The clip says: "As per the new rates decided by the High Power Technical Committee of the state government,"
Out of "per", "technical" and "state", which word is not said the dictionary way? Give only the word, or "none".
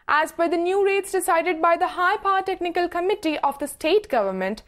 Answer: per